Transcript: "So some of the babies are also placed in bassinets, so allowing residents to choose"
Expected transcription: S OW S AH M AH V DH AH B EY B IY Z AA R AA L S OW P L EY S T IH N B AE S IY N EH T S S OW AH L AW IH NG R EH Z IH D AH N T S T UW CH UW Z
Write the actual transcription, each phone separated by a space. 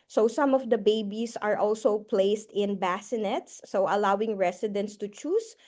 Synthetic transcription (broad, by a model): S OW S AH M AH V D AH B EY B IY S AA R AA L S OW P L EY S T IH N B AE S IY N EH T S S OW AH L AW IH NG R EH S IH D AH N T S T UW CH UW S